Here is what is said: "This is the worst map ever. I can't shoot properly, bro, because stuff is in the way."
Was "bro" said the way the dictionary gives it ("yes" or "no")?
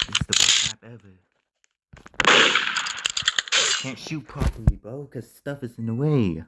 no